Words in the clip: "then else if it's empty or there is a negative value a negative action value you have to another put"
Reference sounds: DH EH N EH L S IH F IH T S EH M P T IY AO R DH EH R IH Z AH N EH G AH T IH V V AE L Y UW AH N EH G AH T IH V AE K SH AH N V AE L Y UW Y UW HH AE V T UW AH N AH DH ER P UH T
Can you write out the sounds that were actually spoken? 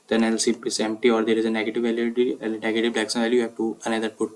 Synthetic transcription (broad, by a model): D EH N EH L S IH P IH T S EH M P T IY AO R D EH R IH Z AH N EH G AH T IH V V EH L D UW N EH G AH T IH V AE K S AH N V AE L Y Y UW HH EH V T UW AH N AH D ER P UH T